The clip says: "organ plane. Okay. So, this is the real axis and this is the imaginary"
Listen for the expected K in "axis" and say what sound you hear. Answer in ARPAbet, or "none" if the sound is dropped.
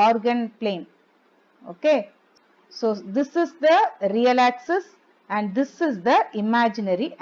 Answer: K